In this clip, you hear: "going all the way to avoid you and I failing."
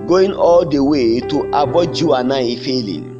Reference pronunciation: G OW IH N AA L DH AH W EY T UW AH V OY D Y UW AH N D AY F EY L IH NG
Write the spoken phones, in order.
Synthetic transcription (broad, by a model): G OW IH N AA L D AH W EY T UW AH B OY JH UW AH N AY F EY L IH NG